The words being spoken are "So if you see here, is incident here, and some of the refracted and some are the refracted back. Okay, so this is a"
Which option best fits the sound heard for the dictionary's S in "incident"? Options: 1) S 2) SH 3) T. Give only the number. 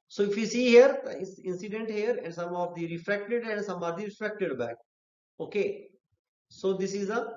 1